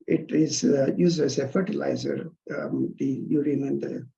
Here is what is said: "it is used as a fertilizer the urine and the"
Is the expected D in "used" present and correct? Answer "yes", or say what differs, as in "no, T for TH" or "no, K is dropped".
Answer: no, D is dropped